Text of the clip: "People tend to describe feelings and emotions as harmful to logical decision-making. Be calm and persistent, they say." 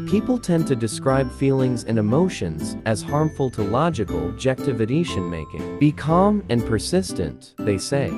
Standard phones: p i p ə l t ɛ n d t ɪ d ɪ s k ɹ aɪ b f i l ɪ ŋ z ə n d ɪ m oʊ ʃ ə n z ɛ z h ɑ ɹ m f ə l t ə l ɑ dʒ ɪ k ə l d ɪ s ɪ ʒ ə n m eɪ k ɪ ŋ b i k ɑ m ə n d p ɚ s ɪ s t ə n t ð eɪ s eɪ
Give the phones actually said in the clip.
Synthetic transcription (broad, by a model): p i p l t ɛ n t ɪ d ɪ s k ɹ aɪ b f i l ɪ ŋ z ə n ɪ m oʊ ʃ ə n z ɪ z h ɑ ɹ m f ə l t ə l ɑ dʒ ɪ k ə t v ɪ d ɪ ʃ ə n m eɪ k ɪ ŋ b i k ɑ m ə n p ɚ s ɪ s t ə n ð eɪ s eɪ